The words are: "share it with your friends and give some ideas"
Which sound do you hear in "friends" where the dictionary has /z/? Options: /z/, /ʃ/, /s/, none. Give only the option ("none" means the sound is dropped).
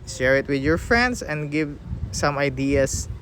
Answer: /s/